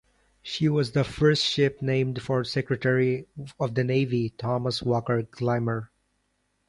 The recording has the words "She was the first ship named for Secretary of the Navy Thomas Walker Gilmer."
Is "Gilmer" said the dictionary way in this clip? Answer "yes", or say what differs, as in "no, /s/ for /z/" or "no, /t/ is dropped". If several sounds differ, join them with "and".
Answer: no, /l/ is dropped